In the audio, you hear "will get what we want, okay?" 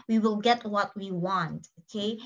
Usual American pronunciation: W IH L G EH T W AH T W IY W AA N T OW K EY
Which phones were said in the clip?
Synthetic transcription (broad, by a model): W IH L G EH T W AH T W IY W AA N T OW K EY